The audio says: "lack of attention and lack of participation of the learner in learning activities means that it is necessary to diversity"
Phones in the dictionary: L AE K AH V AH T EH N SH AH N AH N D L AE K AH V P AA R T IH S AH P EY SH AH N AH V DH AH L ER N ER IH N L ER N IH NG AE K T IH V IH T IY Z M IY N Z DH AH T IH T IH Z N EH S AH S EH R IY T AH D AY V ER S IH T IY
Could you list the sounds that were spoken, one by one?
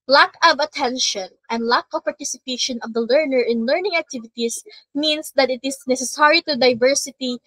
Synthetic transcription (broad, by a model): L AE K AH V AH T EH N SH AH N AH N D L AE K AH V P AA R T IH S AH P EY SH AH N AH V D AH L ER N ER IH N L ER N IH NG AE K T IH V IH T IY S M IY N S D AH T IH T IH S N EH S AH S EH R IY T AH D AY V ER S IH T IY